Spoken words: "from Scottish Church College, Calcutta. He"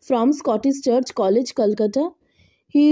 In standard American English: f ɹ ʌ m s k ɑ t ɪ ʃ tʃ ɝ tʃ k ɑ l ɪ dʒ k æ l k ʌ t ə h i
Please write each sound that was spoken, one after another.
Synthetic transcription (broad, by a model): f ɹ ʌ m s k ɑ t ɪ s tʃ ɝ tʃ k ɑ l ɪ dʒ k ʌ l k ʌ t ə h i